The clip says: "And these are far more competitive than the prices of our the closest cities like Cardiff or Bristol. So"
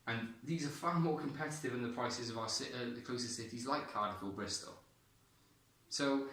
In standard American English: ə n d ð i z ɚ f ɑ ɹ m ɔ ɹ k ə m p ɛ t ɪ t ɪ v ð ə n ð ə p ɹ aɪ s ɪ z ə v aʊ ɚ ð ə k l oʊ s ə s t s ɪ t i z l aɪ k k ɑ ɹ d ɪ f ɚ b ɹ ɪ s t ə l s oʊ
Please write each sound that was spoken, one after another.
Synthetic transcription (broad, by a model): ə n ð i z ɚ f ɑ m ɔ k ə m p ɛ t ɪ t ɪ v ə n ð ə p ɹ aɪ s ɪ z ə v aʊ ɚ ð ə k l oʊ s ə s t s ɪ t i z l aɪ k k ɑ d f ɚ b ɹ ɪ s t ə l s oʊ